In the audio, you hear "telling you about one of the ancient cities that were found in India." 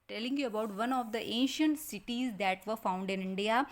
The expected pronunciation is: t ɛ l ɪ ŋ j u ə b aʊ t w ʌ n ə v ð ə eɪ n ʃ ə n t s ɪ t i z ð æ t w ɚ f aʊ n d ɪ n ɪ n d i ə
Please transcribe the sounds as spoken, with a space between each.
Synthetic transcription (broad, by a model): t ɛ l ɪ ŋ j u ə b aʊ t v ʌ n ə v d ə eɪ n ʃ ə n t s ɪ t i z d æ t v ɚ f aʊ n d ɪ n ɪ n d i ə